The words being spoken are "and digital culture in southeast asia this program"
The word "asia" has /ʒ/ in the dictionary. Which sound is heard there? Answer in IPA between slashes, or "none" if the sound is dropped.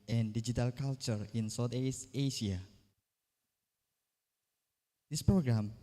/ʃ/